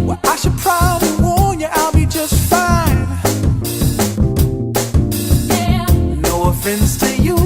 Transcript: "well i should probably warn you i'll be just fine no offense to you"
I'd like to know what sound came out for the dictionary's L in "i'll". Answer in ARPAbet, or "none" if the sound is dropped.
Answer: L